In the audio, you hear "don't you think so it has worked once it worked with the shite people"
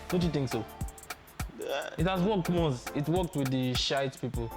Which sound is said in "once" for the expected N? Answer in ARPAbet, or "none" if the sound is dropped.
none